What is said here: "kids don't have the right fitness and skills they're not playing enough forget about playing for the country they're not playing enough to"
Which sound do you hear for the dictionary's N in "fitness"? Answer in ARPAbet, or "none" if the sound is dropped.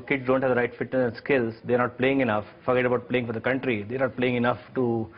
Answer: none